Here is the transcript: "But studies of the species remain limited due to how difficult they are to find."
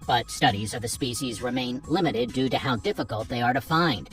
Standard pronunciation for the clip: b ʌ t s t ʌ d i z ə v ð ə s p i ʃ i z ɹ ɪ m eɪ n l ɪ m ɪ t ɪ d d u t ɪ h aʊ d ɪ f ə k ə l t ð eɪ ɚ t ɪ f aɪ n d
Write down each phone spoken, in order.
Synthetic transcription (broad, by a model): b ʌ t s t ʌ d i z ə v ð ə s p i ʃ i z ɹ ɪ m eɪ n l ɪ m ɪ t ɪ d d u t ɪ h aʊ d ɪ f ə k ə l t ð eɪ ɚ t ɪ f aɪ n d